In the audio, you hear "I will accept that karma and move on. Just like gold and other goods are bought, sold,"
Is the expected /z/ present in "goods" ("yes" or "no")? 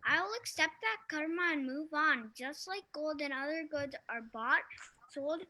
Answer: yes